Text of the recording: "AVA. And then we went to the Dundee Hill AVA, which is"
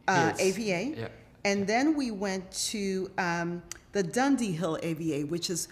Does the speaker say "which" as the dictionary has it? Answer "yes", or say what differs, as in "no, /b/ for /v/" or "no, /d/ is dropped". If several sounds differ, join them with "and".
yes